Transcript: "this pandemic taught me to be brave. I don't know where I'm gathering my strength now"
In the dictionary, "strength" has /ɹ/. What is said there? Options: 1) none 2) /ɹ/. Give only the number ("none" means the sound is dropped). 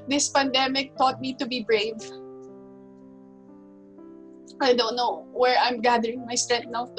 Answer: 1